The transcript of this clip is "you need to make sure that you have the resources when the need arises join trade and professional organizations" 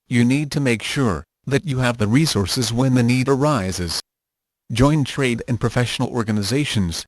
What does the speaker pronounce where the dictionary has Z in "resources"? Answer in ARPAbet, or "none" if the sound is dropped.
Z